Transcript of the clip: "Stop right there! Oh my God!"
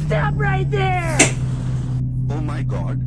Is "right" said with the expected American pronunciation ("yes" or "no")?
yes